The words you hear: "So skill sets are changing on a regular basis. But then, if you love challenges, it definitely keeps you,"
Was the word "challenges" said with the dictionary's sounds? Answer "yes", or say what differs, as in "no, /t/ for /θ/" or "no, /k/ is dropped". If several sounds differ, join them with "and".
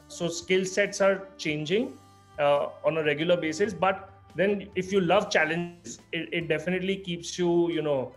no, /z/ is dropped